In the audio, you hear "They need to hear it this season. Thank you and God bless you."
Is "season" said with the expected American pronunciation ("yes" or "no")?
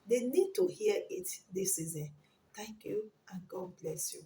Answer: yes